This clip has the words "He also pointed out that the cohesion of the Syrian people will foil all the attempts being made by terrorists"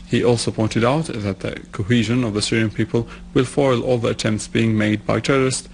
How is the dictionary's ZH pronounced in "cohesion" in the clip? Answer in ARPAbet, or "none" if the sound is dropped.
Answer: ZH